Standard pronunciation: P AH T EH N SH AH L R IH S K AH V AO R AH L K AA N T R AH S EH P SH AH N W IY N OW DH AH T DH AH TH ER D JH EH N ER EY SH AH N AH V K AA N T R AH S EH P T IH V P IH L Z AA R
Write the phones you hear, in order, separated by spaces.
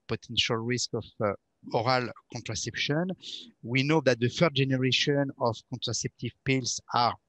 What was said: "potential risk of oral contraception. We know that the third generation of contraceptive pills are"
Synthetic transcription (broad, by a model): P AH T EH N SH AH L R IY S K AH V AO R AH L K AA N T R AH S EH P SH AH N W IY N OW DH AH T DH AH F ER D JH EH N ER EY SH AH N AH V K AA N T R AH S EH P T IH V P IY L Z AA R